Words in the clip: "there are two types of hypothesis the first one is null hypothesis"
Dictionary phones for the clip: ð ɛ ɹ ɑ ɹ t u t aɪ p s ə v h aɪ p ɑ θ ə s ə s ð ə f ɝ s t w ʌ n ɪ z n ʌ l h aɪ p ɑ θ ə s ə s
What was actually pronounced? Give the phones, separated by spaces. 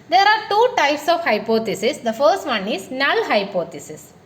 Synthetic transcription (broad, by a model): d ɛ ɹ ɑ ɹ t u t aɪ p s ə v h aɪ p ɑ t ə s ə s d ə f ɝ s t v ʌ n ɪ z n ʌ l h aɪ p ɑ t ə s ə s